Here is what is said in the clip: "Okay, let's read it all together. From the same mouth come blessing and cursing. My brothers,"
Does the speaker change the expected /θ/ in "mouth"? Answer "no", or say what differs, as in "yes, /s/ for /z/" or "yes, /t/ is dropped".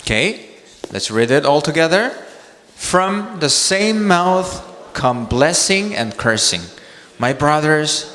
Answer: no